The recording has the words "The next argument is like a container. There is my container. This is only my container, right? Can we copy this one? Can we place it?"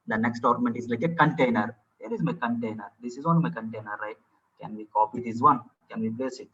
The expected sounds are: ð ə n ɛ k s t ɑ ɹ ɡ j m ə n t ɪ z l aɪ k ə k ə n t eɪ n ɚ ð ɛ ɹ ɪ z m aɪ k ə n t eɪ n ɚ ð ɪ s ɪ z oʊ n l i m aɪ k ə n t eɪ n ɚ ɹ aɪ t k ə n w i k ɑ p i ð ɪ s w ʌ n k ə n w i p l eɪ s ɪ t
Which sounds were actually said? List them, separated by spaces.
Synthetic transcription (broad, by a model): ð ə n ɛ k s t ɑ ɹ m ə n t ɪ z l aɪ k ə k ə n t eɪ n ɚ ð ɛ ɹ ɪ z m aɪ k ə n t eɪ n ɚ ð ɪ s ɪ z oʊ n i m aɪ k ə n t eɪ n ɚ ɹ aɪ t k ə n w i k ɑ p i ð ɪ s w ʌ n k ə n w i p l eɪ s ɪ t